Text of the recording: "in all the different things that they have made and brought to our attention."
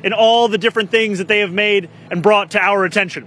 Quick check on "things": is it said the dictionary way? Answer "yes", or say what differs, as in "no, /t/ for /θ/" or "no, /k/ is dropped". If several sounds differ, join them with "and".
yes